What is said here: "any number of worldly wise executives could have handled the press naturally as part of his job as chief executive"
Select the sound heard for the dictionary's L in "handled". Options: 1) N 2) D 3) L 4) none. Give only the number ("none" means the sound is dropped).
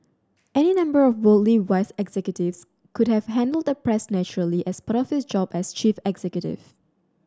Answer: 3